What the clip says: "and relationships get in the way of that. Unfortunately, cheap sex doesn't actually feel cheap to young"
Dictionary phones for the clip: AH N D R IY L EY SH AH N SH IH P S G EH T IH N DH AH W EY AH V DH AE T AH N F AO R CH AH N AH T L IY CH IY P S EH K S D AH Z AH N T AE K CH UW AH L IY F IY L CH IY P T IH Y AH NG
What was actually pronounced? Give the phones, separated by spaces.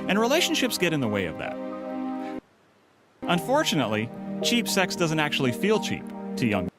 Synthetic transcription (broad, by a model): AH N R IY L EY SH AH N SH IH P S G EH T IH N DH AH W EY AH V DH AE T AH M F AO R CH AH N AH T L IY CH IY P S EH K S D AH Z AH N T AE K CH UW AH L IY F IY L CH IY P T IH Y AH NG